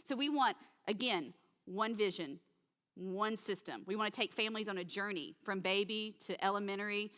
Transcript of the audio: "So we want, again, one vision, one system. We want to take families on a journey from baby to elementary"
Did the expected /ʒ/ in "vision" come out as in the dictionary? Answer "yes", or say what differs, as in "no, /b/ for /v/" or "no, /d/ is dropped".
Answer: yes